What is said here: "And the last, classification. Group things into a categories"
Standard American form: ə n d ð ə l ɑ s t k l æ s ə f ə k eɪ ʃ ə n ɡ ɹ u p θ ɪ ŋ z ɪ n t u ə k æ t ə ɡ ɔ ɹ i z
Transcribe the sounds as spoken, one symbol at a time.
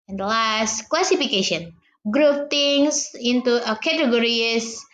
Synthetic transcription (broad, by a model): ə n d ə l ɑ s t k l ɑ s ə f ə k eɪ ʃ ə n ɡ ɹ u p t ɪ ŋ s ɪ n t u ə k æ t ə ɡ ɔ ɹ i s